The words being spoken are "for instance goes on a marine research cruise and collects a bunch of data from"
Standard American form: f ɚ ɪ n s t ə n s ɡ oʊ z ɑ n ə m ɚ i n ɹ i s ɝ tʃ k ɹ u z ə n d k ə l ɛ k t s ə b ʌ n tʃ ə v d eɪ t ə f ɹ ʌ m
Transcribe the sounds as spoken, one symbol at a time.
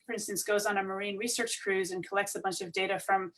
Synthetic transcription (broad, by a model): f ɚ ɪ n s t ə n s ɡ oʊ z n ə m ɚ i n ɹ i s ɝ tʃ k ɹ u z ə n k ə l ɛ k t s ə b ʌ n tʃ ə v d eɪ t ə f ɹ ʌ m